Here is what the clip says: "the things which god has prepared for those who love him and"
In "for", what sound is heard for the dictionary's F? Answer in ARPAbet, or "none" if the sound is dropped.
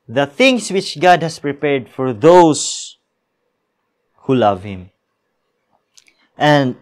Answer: F